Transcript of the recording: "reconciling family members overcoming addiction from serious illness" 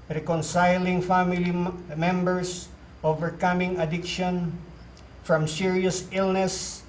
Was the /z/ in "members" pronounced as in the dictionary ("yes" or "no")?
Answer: no